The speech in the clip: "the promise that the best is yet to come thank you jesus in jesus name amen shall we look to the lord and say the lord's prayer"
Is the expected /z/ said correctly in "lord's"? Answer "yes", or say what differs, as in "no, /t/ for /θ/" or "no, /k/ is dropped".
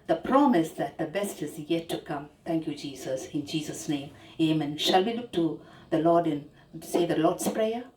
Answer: no, /s/ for /z/